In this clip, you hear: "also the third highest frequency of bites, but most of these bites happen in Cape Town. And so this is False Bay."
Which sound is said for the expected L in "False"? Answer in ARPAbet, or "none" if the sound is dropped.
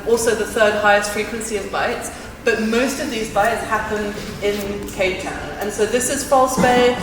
L